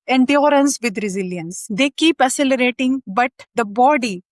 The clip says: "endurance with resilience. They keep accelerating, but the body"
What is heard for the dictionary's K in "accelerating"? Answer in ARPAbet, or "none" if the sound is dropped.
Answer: none